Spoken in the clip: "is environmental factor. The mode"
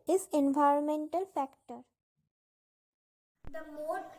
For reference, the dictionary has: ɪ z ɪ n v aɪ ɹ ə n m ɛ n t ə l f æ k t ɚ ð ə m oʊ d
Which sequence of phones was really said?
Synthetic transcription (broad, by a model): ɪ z ɪ n v aɪ ɹ ə n m ɛ n t ə l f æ k t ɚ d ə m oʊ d